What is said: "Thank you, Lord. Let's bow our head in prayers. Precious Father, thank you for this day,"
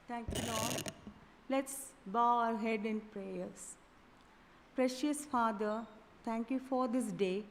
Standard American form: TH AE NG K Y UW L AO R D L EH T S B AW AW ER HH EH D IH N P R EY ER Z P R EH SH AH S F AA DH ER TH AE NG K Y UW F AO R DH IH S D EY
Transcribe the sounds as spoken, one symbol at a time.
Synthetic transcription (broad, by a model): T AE NG K Y UW L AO D L EH T S B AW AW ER HH EH D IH N P R EY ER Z P R EH SH AH S F AA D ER T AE NG K Y UW F AO R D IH S D EY